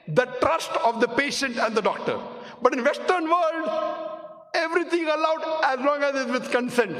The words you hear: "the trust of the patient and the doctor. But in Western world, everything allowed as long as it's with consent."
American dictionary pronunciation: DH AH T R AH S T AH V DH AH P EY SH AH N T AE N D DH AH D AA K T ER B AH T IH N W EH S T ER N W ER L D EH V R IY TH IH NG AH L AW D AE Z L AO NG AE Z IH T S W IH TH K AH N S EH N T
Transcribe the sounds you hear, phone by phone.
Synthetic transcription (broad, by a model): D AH T R AH S T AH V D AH P EY SH AH N T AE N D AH D AA K T ER B AH T IH N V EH S T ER N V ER L D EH V R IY T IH NG AH L AW D AE Z L AO NG AE Z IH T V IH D K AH N S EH N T